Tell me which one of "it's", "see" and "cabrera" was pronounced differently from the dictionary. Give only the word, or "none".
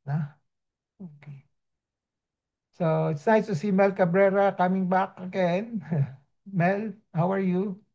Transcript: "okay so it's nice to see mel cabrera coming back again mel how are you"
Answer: none